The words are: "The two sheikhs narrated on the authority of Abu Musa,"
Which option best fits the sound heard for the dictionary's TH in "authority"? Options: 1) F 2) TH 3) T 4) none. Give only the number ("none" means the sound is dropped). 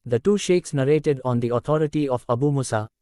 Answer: 3